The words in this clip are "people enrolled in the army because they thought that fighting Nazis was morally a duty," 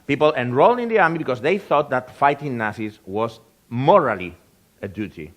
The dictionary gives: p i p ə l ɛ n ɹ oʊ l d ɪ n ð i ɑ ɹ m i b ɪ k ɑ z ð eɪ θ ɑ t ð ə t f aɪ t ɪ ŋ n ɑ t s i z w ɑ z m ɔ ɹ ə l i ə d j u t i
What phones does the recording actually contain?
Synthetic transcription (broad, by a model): p i p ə l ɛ n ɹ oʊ l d ɪ n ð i ɑ ɹ m i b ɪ k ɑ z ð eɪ θ ɑ t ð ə t f aɪ t ɪ ŋ n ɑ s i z w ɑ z m ɔ ɹ ə l i ə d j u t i